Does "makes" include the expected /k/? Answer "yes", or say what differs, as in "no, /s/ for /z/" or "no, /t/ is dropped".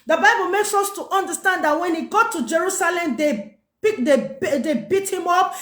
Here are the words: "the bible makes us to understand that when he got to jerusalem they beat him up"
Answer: yes